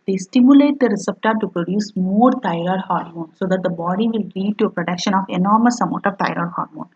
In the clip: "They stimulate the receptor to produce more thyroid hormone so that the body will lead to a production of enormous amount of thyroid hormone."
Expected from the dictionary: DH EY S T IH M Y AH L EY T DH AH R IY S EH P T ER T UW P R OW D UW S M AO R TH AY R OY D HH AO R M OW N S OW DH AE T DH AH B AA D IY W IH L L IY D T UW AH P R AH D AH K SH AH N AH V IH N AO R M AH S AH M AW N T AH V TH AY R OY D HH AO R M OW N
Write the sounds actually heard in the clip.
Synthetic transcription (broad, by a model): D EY S T IH M Y AH L EY T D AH R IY S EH P T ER T UW P R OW D UW S M AO R T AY R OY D HH AO R M OW N S OW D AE T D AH B AA D IY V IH L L IY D T UW AH P R AH D AH K SH AH N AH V IH N AO R M AH S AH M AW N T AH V T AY R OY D HH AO R M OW N